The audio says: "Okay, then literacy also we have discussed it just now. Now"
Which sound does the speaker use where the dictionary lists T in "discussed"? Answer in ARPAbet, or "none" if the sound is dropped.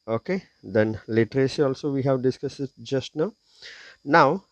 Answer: none